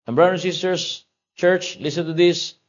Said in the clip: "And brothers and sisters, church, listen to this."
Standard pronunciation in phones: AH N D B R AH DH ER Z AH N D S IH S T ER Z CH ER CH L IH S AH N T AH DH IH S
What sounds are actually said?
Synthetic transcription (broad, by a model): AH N B R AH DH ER AH N S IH S T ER S CH ER CH L IH S AH N T AH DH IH S